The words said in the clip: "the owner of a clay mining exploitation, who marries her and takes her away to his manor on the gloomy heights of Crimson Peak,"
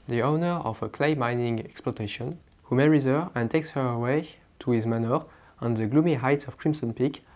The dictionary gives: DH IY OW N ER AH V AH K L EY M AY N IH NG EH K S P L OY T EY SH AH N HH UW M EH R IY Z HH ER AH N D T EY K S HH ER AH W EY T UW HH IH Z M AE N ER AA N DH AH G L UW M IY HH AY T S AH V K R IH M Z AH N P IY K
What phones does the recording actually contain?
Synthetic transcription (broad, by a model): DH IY OW N ER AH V AH K L EY M AY N IH NG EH K S P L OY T EY SH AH N HH UW M EH R IY Z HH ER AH N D T EY K S HH ER AH W EY T UW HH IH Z M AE N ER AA N DH AH G L UW M IY HH AY T S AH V K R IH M S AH N P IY K